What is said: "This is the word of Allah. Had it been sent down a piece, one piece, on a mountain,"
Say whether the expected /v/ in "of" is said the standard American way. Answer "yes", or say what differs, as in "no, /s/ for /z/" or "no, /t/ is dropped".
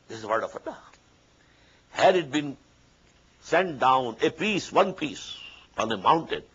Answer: no, /f/ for /v/